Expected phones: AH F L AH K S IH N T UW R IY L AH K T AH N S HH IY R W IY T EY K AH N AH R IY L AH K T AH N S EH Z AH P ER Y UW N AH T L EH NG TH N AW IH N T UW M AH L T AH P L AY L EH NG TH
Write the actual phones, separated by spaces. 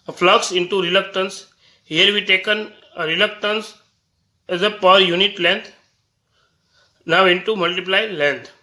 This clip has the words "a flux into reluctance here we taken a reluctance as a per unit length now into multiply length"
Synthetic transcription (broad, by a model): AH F L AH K S IH N T UW R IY L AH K T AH N S HH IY R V IY T EY K AH N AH R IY L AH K T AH N S EH Z AH P ER Y UW N AH T L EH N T N AW IH N T UW M AH L T AH P L AY L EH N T